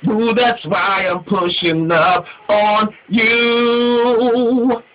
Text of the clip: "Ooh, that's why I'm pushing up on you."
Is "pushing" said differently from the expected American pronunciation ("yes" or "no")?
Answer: no